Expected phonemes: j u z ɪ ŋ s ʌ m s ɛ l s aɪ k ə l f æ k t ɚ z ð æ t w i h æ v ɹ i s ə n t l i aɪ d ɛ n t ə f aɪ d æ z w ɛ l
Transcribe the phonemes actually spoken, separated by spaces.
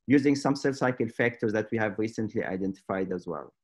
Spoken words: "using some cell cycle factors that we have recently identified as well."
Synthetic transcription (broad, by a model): j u z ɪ ŋ s ʌ m s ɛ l s aɪ k ə l f æ k t ɚ z ð æ t w i h æ v ɹ i s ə n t l i aɪ d ɛ n t ə f aɪ d æ z w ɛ l